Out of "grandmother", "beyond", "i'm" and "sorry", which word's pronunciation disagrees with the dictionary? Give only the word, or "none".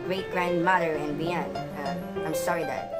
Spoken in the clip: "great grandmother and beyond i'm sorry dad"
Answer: beyond